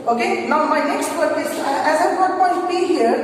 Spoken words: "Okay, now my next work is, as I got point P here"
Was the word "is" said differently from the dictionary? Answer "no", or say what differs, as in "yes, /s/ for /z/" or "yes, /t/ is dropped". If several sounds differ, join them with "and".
yes, /s/ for /z/